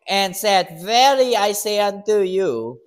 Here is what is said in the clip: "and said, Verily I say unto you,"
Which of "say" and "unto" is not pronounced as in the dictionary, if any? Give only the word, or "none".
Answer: none